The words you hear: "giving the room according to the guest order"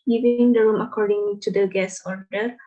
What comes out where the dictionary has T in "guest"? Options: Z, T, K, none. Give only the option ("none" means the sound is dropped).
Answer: none